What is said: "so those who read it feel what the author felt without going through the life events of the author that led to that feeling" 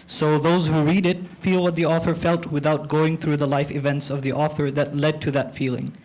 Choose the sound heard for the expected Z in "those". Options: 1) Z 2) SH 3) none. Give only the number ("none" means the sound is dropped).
1